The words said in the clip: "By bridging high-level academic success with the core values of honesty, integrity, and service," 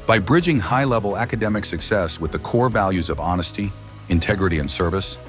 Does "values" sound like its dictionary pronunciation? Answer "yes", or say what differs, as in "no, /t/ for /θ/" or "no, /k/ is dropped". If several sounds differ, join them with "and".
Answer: yes